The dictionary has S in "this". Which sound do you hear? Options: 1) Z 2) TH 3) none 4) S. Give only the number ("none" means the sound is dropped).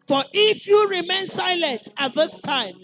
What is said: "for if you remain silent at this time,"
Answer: 4